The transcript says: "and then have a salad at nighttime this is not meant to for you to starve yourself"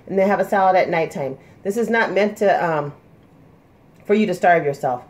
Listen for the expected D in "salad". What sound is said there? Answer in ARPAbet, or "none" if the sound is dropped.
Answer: D